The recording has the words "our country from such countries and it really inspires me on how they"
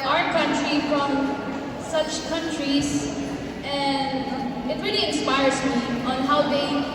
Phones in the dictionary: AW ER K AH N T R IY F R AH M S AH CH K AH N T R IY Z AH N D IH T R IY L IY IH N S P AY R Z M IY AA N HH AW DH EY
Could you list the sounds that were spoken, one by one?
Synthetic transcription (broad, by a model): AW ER K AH N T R IY F R AH M S AH CH K AH N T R IY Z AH N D IH T R IY L IY IH N S P AY R Z M IY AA N HH AW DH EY